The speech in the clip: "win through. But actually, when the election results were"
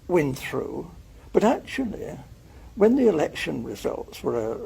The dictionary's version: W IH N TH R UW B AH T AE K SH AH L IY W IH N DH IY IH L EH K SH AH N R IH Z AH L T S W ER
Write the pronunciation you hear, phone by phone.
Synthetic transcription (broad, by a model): W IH N TH R UW B AH T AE K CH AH L IY W IH N DH IY IH L EH K SH AH N R IH Z AH L T S W ER